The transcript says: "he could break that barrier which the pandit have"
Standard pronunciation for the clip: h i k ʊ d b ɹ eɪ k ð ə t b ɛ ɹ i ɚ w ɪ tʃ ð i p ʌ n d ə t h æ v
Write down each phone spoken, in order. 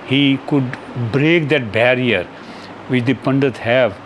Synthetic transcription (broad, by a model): h i k ʊ d b ɹ eɪ k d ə t b ɛ ɹ i ɚ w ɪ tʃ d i p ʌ n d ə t h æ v